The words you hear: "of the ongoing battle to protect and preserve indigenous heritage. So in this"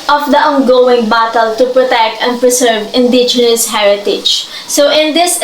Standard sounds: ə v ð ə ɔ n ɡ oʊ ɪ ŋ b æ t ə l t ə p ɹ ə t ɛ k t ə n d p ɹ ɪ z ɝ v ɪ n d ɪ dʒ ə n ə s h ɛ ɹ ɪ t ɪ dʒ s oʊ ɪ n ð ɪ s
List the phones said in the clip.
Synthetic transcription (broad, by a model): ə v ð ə ɔ n ɡ oʊ ɪ ŋ b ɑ t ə l t ə p ɹ ə t ɛ k t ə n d p ɹ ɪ s ɝ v ɪ n d ɪ dʒ ə n ə s h ɛ ɹ ɪ t ɪ dʒ s oʊ ɪ n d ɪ s